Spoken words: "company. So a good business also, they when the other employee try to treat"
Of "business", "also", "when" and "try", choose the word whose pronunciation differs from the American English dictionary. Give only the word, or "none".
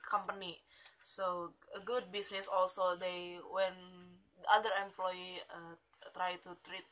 business